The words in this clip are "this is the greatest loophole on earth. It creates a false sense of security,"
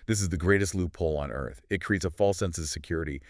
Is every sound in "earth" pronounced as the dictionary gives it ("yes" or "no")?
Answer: yes